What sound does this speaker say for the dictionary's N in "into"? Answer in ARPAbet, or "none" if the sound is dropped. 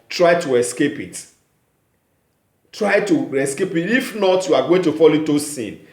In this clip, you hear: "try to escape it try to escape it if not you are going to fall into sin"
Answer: none